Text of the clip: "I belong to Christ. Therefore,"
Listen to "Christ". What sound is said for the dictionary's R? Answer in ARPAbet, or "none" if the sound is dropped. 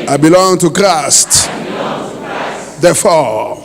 R